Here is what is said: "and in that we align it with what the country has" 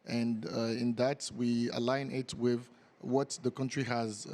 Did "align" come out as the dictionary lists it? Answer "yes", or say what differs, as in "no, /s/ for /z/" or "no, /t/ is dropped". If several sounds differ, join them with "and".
yes